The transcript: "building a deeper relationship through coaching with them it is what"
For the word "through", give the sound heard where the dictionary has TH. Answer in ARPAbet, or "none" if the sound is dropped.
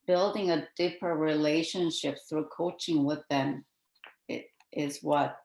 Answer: TH